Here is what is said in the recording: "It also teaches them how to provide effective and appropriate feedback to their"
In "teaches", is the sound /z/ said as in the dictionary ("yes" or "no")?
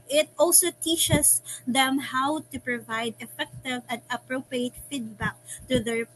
no